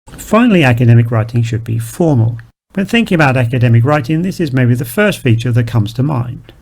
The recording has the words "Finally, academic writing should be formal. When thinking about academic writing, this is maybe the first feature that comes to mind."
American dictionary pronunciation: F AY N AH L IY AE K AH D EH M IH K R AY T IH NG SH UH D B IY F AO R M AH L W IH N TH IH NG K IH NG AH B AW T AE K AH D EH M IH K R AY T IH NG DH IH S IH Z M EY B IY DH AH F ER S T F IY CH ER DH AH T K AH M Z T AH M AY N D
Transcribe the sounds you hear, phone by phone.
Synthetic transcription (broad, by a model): F AY N L IY AE K AH D EH M IH K R AY T IH NG SH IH D B IY F AO R M AH L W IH N TH IH NG K IH NG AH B AW T AE K AH D EH M IH K R AY T IH NG DH IH S IH Z M EY B IY DH AH F ER S T F IY CH ER DH AH T K AH M Z T AH M AY N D